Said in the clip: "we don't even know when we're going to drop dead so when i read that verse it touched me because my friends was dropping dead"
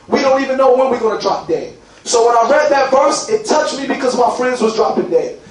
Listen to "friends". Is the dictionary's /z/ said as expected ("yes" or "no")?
yes